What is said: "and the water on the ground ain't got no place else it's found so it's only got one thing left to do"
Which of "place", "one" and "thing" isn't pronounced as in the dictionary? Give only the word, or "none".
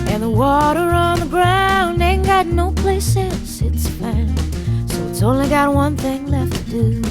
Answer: none